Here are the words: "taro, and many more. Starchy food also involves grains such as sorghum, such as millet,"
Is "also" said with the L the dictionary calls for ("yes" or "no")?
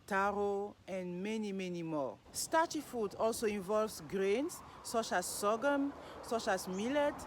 yes